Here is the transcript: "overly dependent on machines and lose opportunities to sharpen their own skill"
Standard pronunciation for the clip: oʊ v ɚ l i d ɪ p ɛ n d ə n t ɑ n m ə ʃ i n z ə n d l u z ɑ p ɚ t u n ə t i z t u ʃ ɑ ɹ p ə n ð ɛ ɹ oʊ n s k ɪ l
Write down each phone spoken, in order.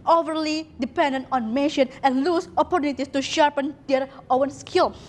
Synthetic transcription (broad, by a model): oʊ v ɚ l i d ɪ p ɛ n d ə n t ɑ n m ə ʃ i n ə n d l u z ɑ p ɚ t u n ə t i s t u ʃ ɑ ɹ p ə n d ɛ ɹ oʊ n s k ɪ l